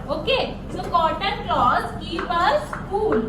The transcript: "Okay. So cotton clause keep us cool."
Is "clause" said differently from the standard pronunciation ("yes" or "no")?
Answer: yes